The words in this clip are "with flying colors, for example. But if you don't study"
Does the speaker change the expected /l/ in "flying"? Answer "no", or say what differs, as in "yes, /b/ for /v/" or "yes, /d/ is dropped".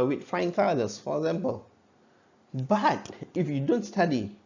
yes, /l/ is dropped